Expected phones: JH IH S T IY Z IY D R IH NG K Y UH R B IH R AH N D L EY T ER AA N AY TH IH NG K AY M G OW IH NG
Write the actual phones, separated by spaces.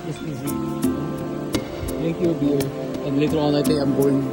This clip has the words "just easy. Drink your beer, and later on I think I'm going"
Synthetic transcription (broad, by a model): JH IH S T IY Z IY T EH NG K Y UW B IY L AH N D L EY T ER AA N AY T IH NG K AY M G OW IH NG